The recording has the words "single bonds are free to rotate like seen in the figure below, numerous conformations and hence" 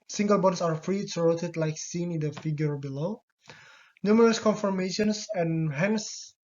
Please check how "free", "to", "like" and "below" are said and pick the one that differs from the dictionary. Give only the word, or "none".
to